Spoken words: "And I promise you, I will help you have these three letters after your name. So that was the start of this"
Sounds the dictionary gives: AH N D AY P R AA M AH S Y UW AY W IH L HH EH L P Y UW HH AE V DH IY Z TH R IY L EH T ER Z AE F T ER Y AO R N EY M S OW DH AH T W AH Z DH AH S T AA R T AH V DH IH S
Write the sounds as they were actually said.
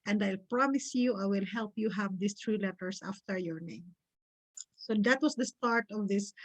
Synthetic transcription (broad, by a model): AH N D AY P R AA M AH S Y UW AY W IH L HH EH L P Y UW HH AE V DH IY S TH R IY L EH T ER S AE F T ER Y AO R N EY M S OW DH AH T W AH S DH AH S T AA R T AH V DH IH S